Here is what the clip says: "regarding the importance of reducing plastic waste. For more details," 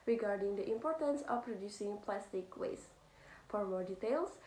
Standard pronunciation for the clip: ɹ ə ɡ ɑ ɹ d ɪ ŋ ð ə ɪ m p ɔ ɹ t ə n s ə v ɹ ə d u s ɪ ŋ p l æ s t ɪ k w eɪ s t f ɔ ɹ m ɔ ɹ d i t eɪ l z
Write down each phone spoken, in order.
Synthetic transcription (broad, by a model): ɹ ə ɡ ɑ ɹ d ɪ ŋ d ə ɪ m p ɔ ɹ t ə n s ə p ɹ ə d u s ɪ ŋ p l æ s t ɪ k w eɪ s f ɔ ɹ m ɔ ɹ d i t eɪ l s